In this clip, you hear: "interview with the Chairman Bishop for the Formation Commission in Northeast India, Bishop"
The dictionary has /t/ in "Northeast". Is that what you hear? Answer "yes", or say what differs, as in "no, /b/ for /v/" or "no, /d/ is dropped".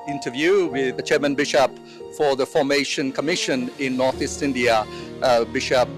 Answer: yes